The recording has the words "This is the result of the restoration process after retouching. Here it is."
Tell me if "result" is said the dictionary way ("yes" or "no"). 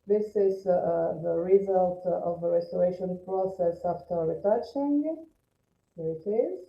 yes